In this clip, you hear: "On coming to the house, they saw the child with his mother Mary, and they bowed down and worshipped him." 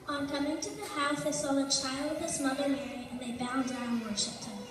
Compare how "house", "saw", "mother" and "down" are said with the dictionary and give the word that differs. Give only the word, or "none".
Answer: down